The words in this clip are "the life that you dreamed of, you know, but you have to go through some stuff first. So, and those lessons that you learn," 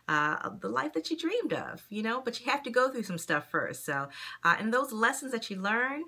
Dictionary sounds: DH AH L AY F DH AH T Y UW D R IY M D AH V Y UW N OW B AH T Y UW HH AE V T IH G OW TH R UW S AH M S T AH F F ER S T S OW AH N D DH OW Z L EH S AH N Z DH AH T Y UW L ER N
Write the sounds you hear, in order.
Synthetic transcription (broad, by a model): DH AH L AY F DH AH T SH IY D R IY M D AH V Y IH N OW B AH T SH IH HH AE F T IH G OW TH R UW S AH M S T AH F F ER S T S OW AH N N DH OW Z L EH S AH N Z DH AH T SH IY L ER N